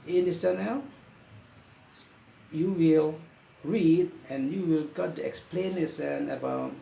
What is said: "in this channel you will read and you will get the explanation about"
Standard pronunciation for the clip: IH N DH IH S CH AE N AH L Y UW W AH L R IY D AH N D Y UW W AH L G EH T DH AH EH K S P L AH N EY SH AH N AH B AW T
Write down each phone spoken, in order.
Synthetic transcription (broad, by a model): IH N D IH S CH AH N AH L Y UW W AH L R IY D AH N Y UW W AH L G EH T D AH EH K S P L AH N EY S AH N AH B AW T